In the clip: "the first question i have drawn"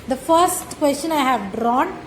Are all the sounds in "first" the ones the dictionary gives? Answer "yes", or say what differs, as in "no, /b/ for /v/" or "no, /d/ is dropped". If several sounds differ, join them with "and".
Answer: yes